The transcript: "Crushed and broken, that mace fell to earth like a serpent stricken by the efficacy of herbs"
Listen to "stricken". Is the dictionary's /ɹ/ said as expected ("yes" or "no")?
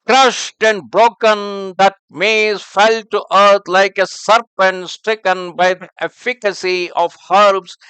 yes